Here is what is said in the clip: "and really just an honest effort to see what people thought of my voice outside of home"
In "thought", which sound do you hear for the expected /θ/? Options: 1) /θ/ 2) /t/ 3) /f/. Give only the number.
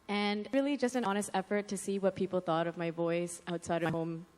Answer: 1